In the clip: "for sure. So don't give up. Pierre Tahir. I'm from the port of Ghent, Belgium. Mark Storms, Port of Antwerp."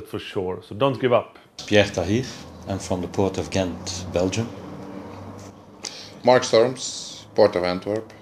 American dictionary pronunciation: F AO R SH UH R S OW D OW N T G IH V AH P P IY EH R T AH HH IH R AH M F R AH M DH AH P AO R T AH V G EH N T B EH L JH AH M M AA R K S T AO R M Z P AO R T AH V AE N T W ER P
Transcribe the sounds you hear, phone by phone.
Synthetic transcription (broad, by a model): F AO R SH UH R S OW D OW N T G IH V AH P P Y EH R T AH HH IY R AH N F R AH M DH AH P AO R T AH V G EH N T B EH L JH AH M M AA R K S T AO R M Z P AO R T AH V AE N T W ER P